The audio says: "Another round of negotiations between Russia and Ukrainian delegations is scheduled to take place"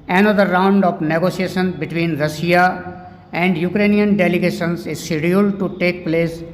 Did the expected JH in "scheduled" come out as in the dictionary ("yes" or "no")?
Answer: no